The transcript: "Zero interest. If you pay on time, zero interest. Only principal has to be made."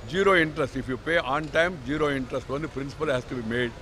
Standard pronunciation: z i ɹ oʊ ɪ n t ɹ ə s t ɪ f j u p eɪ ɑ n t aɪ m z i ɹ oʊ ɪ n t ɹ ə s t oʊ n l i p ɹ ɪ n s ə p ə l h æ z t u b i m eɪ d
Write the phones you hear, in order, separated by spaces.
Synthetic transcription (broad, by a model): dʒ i ɹ oʊ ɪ n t ɹ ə s t ɪ f j u p eɪ ɑ n t aɪ m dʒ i ɹ oʊ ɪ n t ɹ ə s t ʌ n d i p ɹ ɪ n s ə p ə l h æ s t u b i m eɪ d